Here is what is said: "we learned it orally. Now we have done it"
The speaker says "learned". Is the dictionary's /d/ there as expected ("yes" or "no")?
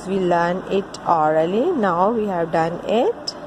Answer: no